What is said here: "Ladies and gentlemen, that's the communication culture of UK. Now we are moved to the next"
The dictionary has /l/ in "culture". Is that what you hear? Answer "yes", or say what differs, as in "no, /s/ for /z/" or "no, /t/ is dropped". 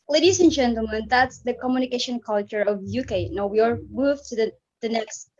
yes